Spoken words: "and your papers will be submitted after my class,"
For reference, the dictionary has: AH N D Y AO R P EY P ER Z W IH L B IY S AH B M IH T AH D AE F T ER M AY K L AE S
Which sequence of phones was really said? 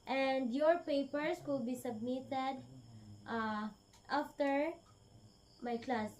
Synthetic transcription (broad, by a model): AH N D Y AO R P EY P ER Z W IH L B IY S AH B M IH T AH D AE F T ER M AY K L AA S